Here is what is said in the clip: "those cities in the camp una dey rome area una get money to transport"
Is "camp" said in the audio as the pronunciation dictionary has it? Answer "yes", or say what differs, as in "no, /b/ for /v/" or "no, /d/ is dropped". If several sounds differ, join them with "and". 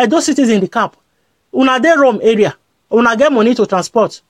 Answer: no, /m/ is dropped